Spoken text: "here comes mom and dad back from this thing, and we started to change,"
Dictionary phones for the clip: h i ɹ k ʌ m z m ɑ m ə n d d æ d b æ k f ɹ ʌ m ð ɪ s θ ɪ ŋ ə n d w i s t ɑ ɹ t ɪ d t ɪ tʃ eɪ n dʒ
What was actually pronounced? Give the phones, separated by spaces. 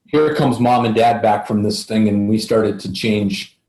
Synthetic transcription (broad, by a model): h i ɹ k ʌ m z m ɑ m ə n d d æ d b æ k f ɹ ʌ m ð ɪ s θ ɪ ŋ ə n w i s t ɑ ɹ t ɪ d t ɪ tʃ eɪ n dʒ